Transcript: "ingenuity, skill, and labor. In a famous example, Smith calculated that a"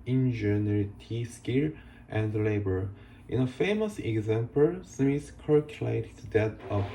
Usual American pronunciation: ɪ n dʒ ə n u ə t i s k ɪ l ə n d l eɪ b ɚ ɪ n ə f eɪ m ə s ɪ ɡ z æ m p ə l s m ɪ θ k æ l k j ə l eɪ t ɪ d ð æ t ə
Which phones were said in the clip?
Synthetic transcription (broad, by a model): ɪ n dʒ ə n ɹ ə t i s k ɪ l ə n d l eɪ b ɚ ɪ n ə f eɪ m ə s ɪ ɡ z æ m p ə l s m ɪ s k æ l k j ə l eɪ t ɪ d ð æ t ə